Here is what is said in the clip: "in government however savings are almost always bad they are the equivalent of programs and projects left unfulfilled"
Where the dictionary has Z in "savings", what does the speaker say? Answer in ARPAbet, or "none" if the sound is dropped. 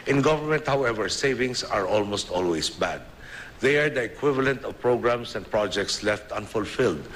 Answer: S